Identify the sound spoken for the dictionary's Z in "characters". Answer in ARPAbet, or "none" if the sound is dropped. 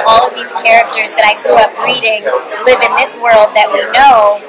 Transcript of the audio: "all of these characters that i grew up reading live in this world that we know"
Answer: Z